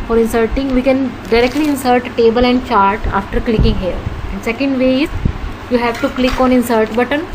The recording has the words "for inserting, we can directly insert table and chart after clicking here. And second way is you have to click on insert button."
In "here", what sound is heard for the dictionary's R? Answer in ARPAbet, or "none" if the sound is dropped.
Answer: L